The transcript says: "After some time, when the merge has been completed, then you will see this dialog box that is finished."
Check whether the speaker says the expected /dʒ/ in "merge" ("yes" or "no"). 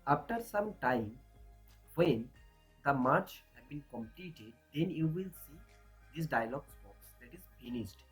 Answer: no